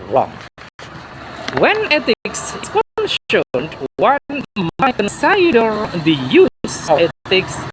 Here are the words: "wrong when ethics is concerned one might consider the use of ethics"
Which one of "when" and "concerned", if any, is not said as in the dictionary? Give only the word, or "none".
concerned